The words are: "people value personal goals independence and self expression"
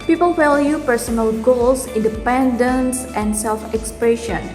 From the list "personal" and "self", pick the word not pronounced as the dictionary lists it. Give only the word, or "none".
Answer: none